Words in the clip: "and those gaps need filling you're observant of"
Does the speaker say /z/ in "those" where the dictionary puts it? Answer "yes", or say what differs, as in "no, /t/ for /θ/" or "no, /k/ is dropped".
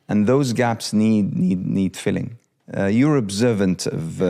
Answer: yes